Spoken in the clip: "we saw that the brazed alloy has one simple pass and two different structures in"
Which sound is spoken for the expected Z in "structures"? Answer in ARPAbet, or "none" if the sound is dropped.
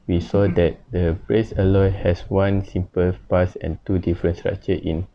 none